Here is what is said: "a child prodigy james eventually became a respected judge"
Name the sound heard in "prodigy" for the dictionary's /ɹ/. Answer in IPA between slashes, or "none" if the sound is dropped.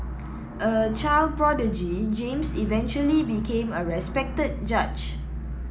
/ɹ/